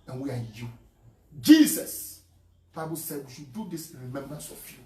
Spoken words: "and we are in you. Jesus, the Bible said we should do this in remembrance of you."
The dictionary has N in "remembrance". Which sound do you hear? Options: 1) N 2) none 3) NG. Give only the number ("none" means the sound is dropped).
1